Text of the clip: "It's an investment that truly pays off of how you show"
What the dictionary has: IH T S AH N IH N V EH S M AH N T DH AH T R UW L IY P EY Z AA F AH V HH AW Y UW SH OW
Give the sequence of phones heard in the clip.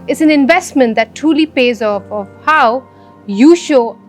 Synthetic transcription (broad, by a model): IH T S AH N IH N V EH S M AH N T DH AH T R UW L IY P EY Z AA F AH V HH AW Y UW SH OW